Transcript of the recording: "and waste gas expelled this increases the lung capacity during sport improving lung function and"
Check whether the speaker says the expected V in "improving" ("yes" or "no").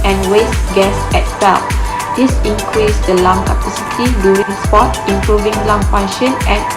yes